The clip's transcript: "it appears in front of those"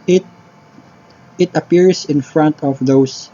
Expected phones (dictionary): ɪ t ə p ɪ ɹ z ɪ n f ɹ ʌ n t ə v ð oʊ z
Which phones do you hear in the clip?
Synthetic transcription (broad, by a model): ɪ t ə p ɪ ɹ s ɪ n f ɹ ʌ n t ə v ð oʊ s